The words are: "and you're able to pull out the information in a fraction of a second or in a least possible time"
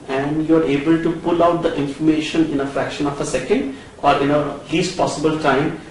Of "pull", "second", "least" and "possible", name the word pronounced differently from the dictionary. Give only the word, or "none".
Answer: none